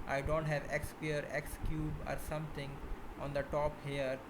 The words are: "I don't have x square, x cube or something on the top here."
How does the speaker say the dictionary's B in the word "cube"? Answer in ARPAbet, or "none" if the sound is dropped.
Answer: B